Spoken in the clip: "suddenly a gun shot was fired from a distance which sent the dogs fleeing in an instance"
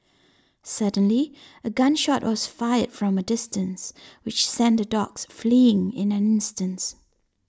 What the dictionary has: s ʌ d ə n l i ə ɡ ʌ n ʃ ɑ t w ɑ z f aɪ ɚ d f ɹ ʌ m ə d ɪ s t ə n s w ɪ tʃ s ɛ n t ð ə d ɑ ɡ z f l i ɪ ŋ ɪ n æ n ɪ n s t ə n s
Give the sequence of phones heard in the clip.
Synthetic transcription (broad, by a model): s ʌ d ə n l i ə ɡ ʌ n ʃ ɑ t w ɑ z f aɪ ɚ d f ɹ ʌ m ə d ɪ s t ə n s w ɪ tʃ s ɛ n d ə d ɑ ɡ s f l i ɪ ŋ ɪ n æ n ɪ n s t ə n s